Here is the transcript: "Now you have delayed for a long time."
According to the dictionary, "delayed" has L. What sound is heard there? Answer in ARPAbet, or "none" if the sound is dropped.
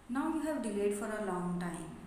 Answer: L